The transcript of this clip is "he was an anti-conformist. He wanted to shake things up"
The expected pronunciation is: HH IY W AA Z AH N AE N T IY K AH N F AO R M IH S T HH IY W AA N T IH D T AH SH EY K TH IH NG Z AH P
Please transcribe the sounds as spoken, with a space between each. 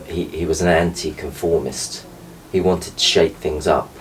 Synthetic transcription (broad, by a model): HH IY W AA Z AH N AE N T IY K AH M F AO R M IH S T HH IY W AA N T IH D T AH SH EY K TH IH NG Z AH P